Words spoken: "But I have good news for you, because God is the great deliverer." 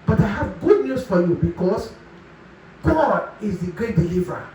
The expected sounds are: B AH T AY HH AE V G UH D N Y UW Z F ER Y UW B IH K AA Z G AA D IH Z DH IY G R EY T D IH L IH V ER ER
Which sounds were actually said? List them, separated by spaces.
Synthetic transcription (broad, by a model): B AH T AY HH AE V G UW D N Y UW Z F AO Y UW B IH K AA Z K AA IH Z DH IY G R EY T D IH L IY V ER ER